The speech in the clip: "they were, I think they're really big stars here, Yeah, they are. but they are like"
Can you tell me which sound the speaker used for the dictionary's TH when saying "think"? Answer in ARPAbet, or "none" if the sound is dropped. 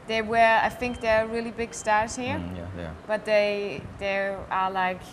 TH